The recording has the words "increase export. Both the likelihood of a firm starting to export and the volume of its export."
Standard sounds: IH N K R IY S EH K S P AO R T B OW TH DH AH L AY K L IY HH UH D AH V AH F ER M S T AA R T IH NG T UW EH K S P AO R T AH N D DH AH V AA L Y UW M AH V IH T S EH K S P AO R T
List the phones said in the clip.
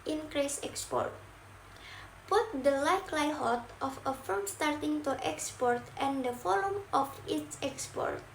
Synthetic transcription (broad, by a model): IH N K R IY S EH K S P AO R T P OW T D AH L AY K L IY HH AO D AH F AH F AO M S T AA R T IH NG T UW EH K S P AO R T AH N D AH F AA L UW M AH F IH T S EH K S P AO R T